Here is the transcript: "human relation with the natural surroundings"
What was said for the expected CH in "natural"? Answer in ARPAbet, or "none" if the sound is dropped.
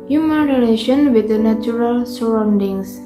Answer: none